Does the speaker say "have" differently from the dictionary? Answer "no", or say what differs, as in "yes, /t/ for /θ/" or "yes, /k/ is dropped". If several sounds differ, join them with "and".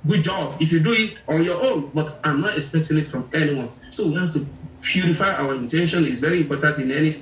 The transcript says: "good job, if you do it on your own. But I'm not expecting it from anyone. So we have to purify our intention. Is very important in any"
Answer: yes, /f/ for /v/